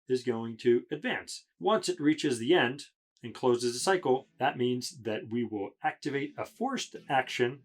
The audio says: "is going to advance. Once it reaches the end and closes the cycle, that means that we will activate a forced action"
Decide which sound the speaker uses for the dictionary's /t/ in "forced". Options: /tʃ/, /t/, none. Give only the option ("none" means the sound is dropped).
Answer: /t/